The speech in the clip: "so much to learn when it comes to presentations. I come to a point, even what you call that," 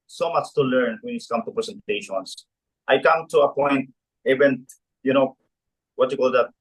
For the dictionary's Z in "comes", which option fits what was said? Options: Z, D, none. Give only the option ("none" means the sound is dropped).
none